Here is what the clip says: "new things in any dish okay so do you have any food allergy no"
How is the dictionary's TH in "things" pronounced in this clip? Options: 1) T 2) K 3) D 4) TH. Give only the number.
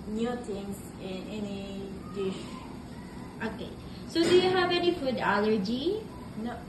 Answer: 1